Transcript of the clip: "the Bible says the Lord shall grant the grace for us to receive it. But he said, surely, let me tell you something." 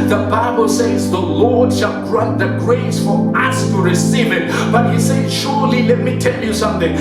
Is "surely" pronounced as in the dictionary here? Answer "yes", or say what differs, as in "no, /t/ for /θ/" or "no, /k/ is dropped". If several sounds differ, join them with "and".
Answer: yes